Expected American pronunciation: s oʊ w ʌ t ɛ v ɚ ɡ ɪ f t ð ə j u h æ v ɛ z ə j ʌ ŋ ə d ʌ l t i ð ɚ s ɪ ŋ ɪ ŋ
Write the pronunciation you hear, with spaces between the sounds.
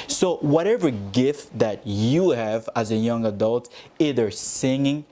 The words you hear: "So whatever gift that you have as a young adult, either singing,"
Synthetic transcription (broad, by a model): s oʊ w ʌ t ɛ v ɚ ɡ ɪ f t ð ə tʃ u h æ v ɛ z ə j ʌ ŋ ə d ʌ l t i ð ɚ s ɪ ŋ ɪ ŋ